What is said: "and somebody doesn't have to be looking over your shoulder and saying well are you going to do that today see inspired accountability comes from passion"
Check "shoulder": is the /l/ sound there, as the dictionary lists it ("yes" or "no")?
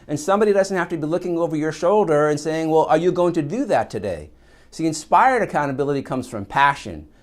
yes